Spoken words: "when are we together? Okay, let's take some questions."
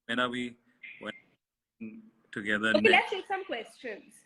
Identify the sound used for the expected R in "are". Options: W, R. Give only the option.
W